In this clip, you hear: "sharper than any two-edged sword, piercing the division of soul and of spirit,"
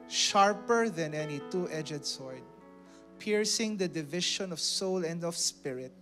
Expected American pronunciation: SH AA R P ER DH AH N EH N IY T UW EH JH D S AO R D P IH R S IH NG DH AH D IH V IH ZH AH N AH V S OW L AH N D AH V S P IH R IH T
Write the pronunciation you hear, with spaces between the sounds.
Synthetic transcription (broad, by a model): SH AA R P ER DH AH N EH N IY T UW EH JH D S AO R D P IH R S IH NG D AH D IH V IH SH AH N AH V S OW L AH N D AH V S P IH R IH T